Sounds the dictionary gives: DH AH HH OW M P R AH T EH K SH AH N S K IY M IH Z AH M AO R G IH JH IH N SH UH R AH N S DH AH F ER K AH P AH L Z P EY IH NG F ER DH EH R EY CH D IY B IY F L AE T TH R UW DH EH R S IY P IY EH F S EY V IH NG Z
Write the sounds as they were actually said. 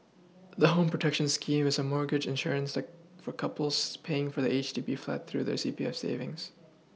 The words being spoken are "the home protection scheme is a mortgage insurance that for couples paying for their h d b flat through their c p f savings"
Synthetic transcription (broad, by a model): DH AH HH OW M P R AH T EH K SH AH N S K IY M IH Z AH M AO R G IH JH IH N SH UH R AH N S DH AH F ER K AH P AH L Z P EY IH NG F ER DH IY EY CH D IY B IY F L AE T TH R UW DH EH R S IY P IY EH F S EY V IH NG Z